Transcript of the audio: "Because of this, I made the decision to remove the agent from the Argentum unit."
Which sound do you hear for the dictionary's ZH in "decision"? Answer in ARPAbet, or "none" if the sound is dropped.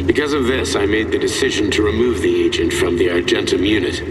ZH